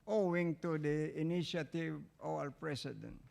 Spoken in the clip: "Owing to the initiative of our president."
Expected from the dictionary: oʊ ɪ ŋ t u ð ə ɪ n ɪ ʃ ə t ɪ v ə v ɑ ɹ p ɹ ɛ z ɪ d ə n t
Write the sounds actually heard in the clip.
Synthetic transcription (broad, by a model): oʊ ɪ ŋ t u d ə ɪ n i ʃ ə t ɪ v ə w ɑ l p ɹ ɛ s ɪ d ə n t